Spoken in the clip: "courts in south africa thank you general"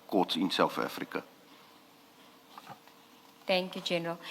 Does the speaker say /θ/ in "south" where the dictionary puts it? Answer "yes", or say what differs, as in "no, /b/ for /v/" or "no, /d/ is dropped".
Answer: no, /f/ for /θ/